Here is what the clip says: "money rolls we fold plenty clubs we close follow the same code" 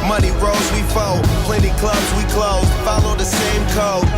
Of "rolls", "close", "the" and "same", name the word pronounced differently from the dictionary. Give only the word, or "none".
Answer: rolls